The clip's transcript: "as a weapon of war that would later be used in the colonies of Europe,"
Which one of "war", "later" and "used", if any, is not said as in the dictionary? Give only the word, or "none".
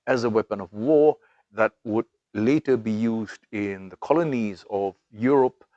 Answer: none